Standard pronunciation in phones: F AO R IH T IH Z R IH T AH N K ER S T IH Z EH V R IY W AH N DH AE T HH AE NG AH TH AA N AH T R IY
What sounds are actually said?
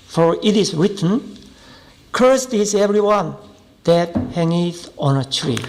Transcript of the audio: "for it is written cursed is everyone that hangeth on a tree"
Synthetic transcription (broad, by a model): F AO R IH T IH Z R IH T AH N K ER S T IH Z EH V R IY W AH N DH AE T HH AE NG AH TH AA N AH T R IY